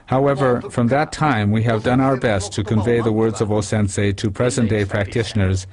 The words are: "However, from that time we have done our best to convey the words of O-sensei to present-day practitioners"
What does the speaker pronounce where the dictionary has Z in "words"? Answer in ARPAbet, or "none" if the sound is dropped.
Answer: Z